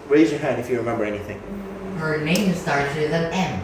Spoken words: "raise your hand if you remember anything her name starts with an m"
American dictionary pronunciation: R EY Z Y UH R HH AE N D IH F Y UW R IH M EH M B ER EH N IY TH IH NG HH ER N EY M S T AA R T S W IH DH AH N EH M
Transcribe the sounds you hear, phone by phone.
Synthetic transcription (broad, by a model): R EY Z Y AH R HH AE N D IH F Y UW R IH M EH M B ER EH N IY TH IH NG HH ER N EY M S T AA R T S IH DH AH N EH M